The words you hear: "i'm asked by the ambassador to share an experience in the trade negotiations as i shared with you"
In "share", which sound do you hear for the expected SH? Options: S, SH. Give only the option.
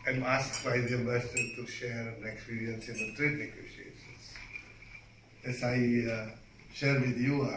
SH